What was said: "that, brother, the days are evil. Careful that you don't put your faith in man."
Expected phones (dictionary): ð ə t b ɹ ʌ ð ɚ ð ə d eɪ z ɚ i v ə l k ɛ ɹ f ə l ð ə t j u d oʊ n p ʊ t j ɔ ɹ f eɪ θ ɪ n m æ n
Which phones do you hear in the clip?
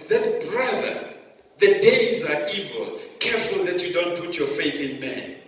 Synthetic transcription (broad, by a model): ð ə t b ɹ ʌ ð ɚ ð ə d eɪ z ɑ i v ə l k ɛ ɹ f ə l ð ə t j u d oʊ n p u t j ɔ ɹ f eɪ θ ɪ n m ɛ n